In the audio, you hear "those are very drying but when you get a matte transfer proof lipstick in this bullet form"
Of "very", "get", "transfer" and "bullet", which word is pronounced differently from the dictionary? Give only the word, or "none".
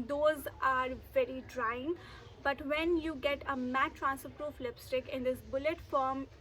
transfer